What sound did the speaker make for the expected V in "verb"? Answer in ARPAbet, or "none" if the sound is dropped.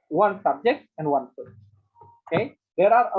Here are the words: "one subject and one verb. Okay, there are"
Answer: P